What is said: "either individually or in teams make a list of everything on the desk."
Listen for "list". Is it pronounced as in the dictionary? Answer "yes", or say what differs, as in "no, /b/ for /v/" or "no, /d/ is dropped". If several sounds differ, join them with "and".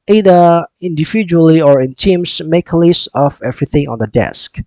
no, /t/ is dropped